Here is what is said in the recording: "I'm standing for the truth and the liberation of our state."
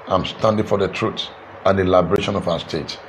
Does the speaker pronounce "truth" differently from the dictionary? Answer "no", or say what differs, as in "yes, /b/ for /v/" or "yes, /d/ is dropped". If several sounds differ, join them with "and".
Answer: yes, /s/ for /θ/